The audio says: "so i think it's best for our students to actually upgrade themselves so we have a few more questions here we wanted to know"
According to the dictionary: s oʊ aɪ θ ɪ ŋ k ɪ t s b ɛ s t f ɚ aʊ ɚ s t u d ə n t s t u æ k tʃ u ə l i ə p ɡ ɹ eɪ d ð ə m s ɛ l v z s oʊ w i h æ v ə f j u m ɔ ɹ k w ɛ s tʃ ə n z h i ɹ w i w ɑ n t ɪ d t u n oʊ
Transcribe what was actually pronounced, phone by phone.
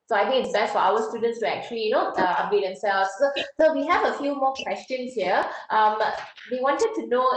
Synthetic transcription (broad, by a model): s oʊ aɪ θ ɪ ŋ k ɪ t s b ɛ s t f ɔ aʊ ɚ s t u d ə n t s t u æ k tʃ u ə l i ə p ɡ eɪ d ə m s ɛ l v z s oʊ w i h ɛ v ə f j u m ɔ k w ɛ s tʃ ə n s h i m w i w ɑ n t ɪ d t u n oʊ